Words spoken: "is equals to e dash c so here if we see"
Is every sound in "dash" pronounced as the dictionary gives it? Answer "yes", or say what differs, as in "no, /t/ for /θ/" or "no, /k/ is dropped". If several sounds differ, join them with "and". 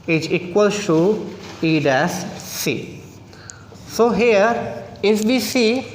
no, /s/ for /ʃ/